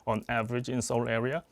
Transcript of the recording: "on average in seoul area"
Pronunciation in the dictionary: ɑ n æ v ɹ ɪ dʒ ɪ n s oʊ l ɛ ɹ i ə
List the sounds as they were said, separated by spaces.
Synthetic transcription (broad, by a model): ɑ n æ v ɹ ɪ dʒ ɪ n s oʊ l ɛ ɹ i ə